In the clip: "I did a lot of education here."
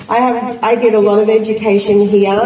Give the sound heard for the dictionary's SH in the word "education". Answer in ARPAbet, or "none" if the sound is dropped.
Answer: SH